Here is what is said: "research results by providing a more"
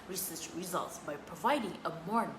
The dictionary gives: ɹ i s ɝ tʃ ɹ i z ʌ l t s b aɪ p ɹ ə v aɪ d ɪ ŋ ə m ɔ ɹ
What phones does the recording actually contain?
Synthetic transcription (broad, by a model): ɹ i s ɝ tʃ ɹ i z ʌ l t s b aɪ p ɹ ə v aɪ d ɪ ŋ ə m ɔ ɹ